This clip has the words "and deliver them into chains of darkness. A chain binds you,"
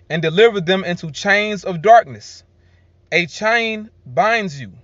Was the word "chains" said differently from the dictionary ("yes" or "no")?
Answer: no